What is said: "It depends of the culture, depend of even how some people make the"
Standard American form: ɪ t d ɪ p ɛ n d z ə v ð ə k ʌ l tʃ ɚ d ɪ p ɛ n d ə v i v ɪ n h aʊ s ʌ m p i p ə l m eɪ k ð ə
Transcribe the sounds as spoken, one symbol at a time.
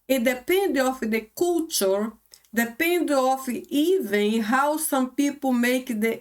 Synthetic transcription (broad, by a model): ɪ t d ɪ p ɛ n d ə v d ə k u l tʃ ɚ d ɪ p ɛ n d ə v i v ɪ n h aʊ s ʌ m p i p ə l m eɪ k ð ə